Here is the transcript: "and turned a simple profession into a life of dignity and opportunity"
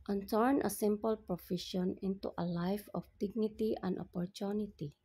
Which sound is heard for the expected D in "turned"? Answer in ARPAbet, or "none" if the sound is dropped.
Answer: none